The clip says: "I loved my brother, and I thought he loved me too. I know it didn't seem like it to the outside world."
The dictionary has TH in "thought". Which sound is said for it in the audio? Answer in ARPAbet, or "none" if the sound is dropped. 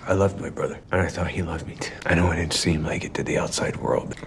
TH